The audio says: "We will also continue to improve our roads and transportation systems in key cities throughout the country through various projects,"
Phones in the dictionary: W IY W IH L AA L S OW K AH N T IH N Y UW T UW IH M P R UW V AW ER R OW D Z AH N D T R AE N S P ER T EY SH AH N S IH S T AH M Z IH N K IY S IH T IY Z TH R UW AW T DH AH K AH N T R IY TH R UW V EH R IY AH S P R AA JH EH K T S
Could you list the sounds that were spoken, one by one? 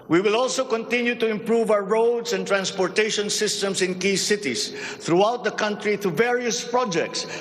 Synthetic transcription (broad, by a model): W IY W IH L AA L S OW K AH N T IH N Y UW T UW IH M P R UW V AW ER R OW D S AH N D T R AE N S P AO T EY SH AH N S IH S T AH M S IH N K IY S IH T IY S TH R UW AW T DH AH K AH N T R IY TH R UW V EH R IY AH S P R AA JH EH K T S